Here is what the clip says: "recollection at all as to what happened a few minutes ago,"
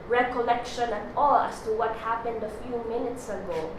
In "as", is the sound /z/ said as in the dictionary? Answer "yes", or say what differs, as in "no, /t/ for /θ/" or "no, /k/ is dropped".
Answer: no, /s/ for /z/